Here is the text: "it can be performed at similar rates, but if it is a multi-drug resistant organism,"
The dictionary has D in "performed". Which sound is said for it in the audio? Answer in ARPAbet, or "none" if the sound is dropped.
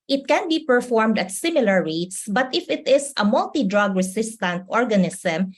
D